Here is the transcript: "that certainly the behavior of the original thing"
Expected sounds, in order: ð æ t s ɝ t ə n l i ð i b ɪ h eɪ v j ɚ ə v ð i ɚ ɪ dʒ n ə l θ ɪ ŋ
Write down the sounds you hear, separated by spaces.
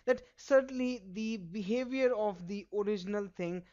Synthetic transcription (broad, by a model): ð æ t s ɝ t ə n l i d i b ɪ h eɪ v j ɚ ə v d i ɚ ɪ dʒ n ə l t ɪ ŋ